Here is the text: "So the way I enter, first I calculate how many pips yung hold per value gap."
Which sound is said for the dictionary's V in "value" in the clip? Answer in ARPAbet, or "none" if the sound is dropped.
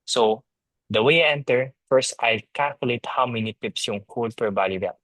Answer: B